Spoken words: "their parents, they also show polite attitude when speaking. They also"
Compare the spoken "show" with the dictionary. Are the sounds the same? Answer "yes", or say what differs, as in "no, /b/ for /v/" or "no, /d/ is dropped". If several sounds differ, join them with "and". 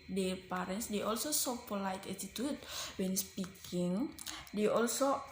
no, /s/ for /ʃ/